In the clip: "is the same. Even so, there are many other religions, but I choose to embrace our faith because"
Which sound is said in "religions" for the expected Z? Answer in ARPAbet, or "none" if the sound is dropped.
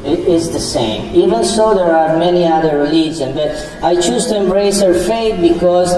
none